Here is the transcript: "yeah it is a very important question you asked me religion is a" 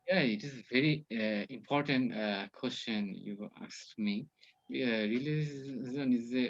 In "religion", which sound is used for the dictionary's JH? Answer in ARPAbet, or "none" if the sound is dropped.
Z